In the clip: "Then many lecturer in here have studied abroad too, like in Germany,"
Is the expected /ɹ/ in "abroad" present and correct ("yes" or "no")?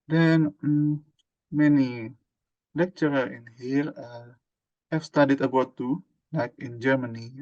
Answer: no